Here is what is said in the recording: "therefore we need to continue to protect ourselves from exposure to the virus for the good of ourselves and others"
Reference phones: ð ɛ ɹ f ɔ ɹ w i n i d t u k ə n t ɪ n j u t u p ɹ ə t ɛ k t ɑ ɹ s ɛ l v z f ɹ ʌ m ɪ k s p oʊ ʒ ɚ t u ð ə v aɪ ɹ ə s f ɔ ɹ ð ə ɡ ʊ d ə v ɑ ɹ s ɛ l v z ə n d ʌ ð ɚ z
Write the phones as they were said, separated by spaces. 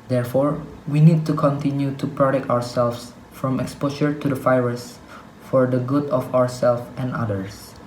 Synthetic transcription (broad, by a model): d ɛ ɹ f ɔ ɹ w i n i d t u k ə n t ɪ n j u t u p ɹ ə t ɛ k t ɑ ɹ s ɛ l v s f ɹ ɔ m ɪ k s p oʊ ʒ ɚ t u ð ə f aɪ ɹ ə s f ɔ ɹ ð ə ɡ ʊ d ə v ɑ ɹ s ɛ l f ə n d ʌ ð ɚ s